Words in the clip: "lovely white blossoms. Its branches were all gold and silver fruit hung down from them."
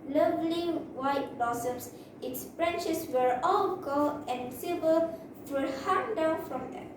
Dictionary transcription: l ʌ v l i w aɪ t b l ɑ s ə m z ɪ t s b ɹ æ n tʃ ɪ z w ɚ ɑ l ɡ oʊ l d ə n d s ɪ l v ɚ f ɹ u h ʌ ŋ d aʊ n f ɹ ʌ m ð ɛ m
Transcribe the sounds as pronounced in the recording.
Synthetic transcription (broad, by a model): l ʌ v l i w aɪ t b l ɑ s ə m s ɪ t s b ɹ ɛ n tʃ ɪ s w ɚ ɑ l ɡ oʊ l ə n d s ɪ v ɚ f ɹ h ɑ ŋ d aʊ n f ɹ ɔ m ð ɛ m